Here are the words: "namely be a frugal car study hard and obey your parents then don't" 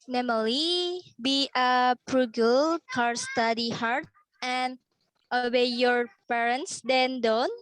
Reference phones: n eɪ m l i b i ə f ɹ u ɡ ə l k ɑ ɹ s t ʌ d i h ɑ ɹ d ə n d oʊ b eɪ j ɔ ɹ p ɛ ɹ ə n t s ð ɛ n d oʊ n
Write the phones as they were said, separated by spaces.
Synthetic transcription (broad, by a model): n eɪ m l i b i ə p ɹ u ɡ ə l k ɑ ɹ s t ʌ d i h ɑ ɹ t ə n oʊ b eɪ j ɔ ɹ p ɛ ɹ ə n t s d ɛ n d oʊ n